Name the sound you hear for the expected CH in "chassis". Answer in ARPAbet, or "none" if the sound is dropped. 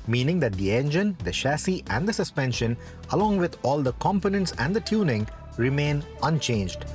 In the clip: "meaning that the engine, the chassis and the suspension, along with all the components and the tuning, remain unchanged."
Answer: SH